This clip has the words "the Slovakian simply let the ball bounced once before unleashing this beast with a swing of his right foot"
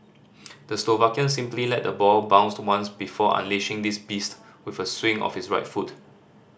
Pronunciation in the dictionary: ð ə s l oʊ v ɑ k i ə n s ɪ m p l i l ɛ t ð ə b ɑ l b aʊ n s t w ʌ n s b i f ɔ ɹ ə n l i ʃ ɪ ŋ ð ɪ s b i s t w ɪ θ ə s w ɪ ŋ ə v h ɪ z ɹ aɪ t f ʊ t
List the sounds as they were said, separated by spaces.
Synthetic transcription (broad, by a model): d ə s l oʊ v ɑ k i ə n s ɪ m p l i l ɛ t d ə b ɑ l b aʊ n s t w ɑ n s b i f ɔ ə n l i ʃ ɪ ŋ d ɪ s b i s t w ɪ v ə s w ɪ ŋ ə f h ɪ s ɹ aɪ t f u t